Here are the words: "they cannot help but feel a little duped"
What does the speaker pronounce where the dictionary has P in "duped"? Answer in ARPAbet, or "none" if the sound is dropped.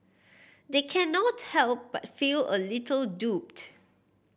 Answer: P